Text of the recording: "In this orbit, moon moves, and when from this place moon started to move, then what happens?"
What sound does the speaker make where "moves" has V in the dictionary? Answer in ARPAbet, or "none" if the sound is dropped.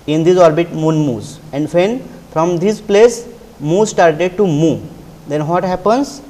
none